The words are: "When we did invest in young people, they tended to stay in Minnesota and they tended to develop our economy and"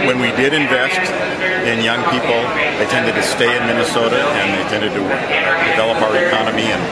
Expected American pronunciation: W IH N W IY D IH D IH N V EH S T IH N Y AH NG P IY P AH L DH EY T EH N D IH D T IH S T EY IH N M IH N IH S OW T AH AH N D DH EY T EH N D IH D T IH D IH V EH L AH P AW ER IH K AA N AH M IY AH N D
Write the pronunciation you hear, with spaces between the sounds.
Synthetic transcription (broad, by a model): W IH N W IY D IH D IH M V EH S T IH N Y AH NG P IY P L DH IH T EH N D IH D T IH S T EY IH N M IH N IH S OW T AH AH N DH EY T EH N D IH D T IH D IH V EH L AH P AW ER IH K AA N AH M IY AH N